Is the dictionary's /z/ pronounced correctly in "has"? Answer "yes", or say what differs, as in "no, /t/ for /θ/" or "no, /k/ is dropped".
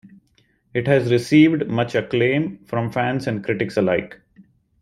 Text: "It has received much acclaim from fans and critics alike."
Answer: yes